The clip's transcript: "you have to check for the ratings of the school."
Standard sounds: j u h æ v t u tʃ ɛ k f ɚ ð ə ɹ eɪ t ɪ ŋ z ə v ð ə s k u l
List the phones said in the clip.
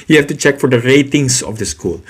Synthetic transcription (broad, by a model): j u h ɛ f t u tʃ ɛ k f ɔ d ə ɹ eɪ t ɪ ŋ s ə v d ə s k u l